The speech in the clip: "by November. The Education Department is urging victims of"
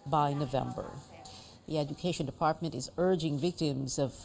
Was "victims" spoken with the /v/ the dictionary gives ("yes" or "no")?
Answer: yes